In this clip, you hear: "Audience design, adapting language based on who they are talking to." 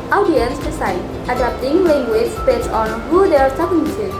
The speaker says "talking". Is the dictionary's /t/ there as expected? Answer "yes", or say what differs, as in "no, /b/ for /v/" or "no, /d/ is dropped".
no, /s/ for /t/